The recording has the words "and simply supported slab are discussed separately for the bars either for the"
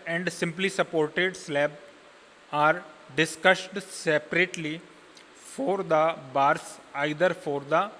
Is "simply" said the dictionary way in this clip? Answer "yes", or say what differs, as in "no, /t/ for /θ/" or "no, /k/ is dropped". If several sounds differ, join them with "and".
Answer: yes